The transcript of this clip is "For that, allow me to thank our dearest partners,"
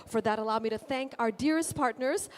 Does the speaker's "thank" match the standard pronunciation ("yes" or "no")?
yes